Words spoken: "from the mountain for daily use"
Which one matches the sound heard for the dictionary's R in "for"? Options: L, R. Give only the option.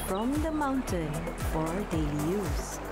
R